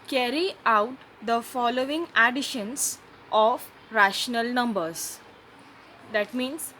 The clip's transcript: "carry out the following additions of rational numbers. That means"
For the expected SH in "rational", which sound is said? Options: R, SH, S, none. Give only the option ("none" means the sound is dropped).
SH